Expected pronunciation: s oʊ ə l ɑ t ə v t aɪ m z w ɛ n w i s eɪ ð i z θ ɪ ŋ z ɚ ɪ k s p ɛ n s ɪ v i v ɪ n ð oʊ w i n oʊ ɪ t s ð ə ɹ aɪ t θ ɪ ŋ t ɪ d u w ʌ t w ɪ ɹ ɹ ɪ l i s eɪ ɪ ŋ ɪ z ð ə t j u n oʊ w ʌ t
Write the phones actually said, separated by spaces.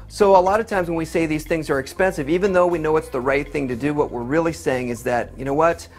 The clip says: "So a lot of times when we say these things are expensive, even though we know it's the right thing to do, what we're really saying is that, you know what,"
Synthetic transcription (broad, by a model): s oʊ ə l ɑ t ə v t aɪ m z w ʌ n w i s eɪ ð i z θ ɪ ŋ z ɚ ɪ k s p ɛ n s ɪ v i v ɪ n ð oʊ w i n oʊ ɪ t s ð ə ɹ aɪ t θ ɪ ŋ t ɪ d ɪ w ʌ t w ɪ ɹ ɹ ɪ l i s eɪ ɪ ŋ ɪ z ð ə t j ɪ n oʊ w ʌ t